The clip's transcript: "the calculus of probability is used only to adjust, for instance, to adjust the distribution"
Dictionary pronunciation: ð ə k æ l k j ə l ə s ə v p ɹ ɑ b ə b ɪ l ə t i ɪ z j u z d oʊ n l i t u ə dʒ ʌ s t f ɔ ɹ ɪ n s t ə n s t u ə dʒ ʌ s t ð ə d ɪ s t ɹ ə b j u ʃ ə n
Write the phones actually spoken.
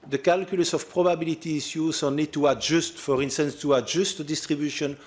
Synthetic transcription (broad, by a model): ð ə k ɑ l k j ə l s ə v p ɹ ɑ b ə b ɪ l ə t i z j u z oʊ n i t u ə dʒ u s t f ɔ ɹ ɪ n s t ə n s t u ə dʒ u s t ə d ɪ s t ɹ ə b j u ʃ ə n